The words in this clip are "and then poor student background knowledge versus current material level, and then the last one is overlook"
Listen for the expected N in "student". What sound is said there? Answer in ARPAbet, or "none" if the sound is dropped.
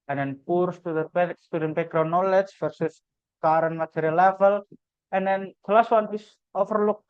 none